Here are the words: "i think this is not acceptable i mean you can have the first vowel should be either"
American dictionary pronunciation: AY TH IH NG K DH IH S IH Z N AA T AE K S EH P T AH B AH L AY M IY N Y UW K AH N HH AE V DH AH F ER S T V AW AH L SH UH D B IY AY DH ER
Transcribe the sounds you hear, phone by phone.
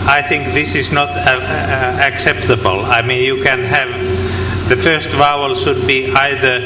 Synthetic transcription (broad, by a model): AY TH IH NG K DH IH S IH Z N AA T AE K S EH P T AH B AH L AY M IY N Y UW K AH N HH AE V DH AH F ER S T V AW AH L SH UH D B IY AY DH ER